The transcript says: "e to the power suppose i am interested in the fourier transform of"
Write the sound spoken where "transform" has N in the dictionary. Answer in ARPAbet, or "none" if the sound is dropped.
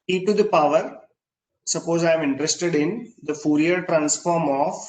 N